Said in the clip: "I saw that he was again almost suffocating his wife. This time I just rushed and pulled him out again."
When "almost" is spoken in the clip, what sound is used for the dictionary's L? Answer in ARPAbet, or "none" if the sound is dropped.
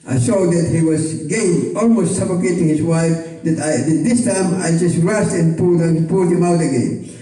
L